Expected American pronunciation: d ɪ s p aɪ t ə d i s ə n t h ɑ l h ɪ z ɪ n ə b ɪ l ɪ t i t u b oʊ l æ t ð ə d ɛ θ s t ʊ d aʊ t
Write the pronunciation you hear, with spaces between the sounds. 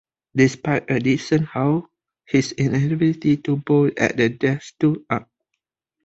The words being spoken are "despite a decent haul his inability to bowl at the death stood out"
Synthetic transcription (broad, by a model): d ɪ s p aɪ t ə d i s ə n h ɑ w h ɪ s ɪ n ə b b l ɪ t i t u b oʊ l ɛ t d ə d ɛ s t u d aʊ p